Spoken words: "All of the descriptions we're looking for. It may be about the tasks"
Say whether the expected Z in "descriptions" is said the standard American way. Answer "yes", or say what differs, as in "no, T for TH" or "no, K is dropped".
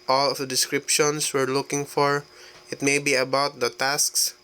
no, S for Z